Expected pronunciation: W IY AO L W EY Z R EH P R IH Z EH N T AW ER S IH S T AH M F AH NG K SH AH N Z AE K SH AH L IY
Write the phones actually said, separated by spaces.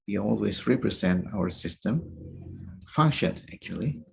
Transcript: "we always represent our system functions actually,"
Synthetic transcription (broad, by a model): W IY AO L W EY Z R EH P R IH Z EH N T AW ER S IH S T AH M F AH NG K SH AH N AE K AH L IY